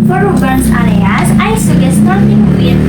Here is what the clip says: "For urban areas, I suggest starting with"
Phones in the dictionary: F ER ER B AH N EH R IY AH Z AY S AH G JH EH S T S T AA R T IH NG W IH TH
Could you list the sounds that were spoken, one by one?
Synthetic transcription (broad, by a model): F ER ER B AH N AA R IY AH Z AY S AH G EH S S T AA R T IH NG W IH